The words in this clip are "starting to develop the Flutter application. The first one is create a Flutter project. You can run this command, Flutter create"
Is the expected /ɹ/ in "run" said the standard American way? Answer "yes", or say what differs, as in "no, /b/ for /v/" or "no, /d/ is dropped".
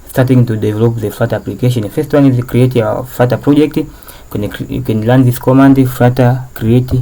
no, /l/ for /ɹ/